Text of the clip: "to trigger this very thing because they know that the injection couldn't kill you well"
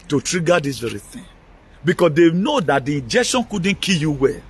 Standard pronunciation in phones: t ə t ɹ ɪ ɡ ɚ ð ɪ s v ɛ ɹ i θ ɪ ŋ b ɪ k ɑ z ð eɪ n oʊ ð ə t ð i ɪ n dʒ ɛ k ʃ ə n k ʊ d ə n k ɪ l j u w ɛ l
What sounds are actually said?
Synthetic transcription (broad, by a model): t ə t ɹ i ɡ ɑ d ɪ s v ɛ ɹ i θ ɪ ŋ b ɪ k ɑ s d eɪ n oʊ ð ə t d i ɪ n dʒ ɛ k ʃ ə n k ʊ d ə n k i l j u w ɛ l